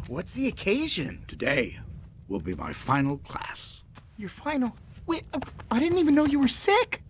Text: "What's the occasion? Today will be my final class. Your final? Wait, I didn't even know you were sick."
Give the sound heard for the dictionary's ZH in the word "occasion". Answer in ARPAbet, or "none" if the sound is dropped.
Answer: ZH